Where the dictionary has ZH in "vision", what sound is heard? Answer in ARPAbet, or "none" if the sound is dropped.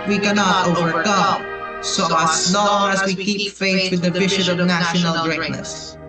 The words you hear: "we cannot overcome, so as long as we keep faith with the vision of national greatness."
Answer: SH